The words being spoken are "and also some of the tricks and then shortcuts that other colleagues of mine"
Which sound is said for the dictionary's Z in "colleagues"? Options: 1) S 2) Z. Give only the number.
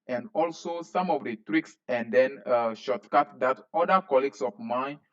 1